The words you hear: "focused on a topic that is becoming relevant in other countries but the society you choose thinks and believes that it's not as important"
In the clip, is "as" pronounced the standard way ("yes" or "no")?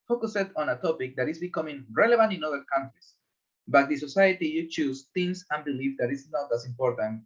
no